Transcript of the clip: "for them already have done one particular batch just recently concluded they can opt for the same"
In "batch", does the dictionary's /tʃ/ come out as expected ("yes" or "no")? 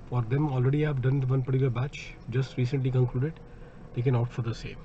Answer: yes